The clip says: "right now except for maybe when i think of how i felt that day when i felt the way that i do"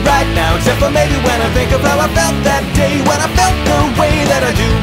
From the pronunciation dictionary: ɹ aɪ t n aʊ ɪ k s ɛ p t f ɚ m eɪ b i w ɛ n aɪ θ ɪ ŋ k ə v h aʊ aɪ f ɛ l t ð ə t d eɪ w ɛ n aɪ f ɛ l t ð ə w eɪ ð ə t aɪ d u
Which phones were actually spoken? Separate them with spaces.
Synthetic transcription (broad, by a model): ɹ aɪ t n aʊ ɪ s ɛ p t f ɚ m eɪ b i w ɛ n aɪ θ ɪ ŋ k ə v h aʊ aɪ f ɛ l t ð ə t d eɪ w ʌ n aɪ f ɛ l t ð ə w eɪ ð ə t aɪ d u